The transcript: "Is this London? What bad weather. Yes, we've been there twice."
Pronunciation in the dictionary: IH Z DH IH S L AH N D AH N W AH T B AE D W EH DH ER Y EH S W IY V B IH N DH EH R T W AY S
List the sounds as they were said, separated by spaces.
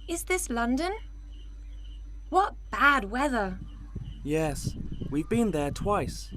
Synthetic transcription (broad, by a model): IH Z DH IH S L AH N D AH N W AH T B AE D W EH DH ER Y EH S W IY V B IH N DH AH R T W AY S